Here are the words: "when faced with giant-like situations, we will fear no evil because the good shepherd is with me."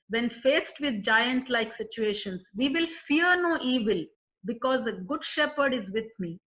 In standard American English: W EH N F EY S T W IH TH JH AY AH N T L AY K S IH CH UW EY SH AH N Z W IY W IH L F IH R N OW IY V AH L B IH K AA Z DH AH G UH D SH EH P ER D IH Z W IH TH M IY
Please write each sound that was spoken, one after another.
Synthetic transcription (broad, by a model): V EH N F EY S T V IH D JH AY AH N T L AY K S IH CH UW EY SH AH N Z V IY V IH L F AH R N OW IY V AH L B IH K AA Z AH G UH D SH EH P ER D IH Z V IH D M IY